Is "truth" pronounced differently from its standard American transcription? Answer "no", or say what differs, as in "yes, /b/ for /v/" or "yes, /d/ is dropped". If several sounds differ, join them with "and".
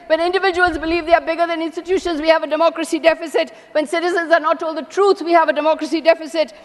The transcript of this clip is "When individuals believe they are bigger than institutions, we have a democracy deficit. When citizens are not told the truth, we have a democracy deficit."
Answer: yes, /s/ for /θ/